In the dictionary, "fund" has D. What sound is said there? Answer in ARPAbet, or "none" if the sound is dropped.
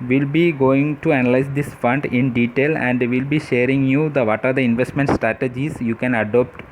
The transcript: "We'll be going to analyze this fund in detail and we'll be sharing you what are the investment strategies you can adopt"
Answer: D